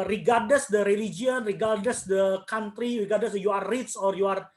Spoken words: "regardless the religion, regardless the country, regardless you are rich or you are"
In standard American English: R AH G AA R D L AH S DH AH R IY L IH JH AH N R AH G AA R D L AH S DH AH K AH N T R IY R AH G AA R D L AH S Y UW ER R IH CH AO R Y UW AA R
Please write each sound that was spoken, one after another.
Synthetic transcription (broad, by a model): R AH G AA R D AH S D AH R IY L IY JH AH N R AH G AA R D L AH S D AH K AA N T R IY R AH G AA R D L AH S Y UW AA R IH S AO R Y UW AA R